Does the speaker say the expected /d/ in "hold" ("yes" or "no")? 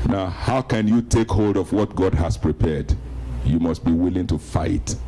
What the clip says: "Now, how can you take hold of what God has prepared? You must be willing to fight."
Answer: yes